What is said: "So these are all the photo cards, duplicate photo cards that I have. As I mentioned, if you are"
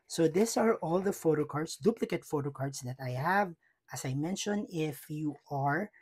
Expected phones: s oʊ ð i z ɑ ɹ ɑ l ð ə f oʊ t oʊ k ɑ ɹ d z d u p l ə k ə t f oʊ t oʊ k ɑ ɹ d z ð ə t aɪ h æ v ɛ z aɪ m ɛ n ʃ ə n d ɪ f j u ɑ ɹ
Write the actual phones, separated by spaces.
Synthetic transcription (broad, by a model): s oʊ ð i s ɑ ɹ ɑ l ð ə f oʊ t oʊ k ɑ ɹ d s d u p l ə k ə t f oʊ t oʊ k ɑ ɹ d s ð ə t aɪ h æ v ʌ s aɪ m ɛ n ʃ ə n ɪ f j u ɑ ɹ